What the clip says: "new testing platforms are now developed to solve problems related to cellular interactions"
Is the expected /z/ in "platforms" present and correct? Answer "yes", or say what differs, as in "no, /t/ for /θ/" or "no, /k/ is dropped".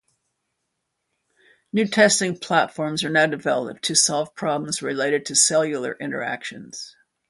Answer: yes